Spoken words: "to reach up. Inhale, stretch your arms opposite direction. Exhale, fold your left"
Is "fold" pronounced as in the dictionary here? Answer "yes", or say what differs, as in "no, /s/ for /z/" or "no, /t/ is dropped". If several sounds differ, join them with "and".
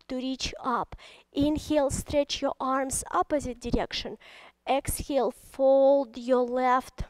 yes